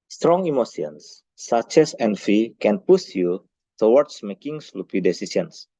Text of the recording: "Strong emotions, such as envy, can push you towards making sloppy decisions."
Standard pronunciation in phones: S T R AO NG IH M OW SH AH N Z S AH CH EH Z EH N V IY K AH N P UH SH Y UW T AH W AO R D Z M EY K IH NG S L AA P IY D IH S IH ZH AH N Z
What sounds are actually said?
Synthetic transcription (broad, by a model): S T R AO NG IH M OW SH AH N S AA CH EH S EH N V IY K AH N P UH S Y UW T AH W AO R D S M EY K IH NG S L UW P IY D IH S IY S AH N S